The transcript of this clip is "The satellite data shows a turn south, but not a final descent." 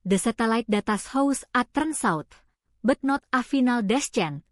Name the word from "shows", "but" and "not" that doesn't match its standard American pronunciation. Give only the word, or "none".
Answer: shows